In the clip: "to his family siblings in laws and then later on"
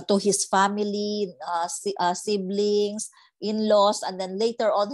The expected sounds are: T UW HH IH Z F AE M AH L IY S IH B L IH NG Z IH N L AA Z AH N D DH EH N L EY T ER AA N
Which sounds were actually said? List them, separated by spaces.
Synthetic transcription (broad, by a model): T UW HH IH S F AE M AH L IY S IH B L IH NG S IH N L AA S AH N D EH N L EY T ER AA N